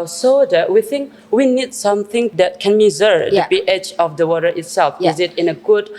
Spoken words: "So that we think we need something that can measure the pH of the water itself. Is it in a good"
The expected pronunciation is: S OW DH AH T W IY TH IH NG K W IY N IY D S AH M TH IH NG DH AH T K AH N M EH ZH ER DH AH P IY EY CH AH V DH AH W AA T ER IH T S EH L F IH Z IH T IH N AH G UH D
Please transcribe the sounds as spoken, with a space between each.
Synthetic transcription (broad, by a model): S OW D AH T W IY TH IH NG K W IY N IY D S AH M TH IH NG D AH T K AH N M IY Z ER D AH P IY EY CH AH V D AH W AA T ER IH T S EH L F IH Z IH T IH N AH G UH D